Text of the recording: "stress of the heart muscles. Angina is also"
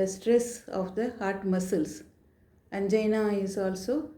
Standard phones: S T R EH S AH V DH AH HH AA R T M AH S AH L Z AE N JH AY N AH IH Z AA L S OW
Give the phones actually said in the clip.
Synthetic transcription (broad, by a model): S T R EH S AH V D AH HH AA R T M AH S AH L S AE N JH AY N AH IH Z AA L S OW